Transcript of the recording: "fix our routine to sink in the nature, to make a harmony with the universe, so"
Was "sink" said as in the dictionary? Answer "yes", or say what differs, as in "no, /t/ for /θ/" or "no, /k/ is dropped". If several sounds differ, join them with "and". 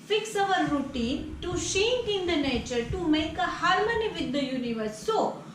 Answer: no, /ʃ/ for /s/